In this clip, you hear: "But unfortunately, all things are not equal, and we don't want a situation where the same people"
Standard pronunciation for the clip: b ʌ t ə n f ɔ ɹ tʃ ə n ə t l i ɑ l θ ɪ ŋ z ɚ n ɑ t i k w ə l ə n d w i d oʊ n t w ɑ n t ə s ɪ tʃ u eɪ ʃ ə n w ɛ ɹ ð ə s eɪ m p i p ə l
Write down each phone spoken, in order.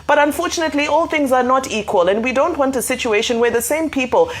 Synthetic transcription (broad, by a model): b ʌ t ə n f ɔ ɹ tʃ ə n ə t l i ɑ l θ ɪ ŋ z ɚ n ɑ t i k w ə l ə n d w i d oʊ n t w ɑ n t ə s ɪ tʃ u eɪ ʃ ə n w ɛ ɹ ð ə s eɪ m p i p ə l